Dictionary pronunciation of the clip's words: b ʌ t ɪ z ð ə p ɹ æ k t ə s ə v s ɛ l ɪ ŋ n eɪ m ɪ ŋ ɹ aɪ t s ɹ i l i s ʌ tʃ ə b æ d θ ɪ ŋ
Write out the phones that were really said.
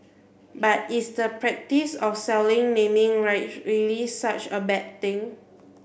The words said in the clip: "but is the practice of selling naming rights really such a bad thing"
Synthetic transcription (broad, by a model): b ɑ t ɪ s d ə p ɹ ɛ k t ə s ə f s ɛ l ɪ ŋ n eɪ m ɪ ŋ ɹ aɪ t ɹ i l i s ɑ tʃ ə b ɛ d t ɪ ŋ